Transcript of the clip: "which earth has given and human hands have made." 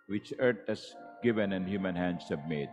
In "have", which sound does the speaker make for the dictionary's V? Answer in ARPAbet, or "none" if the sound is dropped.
B